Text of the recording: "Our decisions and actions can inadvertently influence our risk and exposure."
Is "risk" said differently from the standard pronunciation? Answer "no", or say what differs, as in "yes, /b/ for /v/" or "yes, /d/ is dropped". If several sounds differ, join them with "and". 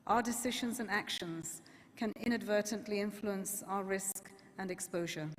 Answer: no